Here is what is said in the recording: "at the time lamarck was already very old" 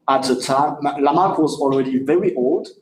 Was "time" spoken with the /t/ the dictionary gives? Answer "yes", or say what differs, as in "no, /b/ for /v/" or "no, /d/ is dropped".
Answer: yes